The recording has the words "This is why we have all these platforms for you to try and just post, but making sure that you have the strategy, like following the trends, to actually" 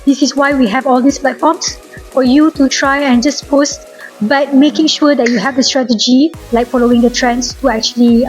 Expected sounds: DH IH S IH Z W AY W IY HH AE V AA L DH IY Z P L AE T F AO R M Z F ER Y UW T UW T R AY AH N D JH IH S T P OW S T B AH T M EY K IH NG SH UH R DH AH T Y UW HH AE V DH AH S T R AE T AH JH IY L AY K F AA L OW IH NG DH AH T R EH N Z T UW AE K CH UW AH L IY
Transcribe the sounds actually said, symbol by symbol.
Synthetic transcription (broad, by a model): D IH S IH S W AY W IY HH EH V AA L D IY S P L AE T F AO M S F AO Y UW T UW T R AY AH N JH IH S P OW S T B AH T M EY K IH NG SH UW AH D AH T Y UW HH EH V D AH S T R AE T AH JH IY L AY K F AA L OW IH NG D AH T R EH N S T UW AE K CH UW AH L IY